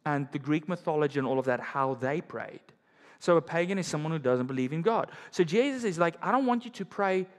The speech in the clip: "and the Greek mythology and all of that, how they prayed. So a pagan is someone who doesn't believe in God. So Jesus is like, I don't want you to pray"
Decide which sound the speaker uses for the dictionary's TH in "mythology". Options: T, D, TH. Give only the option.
TH